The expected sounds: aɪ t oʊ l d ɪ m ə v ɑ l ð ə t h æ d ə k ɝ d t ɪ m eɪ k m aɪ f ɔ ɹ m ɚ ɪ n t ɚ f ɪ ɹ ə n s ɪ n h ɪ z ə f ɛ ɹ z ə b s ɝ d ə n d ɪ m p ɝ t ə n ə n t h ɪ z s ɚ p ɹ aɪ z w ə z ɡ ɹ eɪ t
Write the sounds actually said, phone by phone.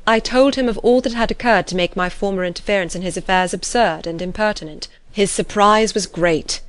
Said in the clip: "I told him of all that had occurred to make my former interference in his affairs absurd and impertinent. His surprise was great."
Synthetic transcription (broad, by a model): aɪ t oʊ l d ɪ m ə v ɑ l ð ə t h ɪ d ə k ɝ d t ɪ m eɪ k m aɪ f ɔ ɹ m ɚ ɪ n t ɚ f ɪ ɹ ə n s ɪ n ɪ z ə f ɛ ɹ z ə b s ɝ d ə n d ɪ m p ɝ t ə n ə n t h ɪ z s ɚ p ɹ aɪ z w ə z ɡ ɹ eɪ t